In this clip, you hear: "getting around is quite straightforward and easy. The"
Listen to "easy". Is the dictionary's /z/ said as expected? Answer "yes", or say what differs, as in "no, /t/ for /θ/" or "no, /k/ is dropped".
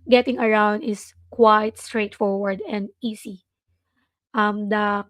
no, /s/ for /z/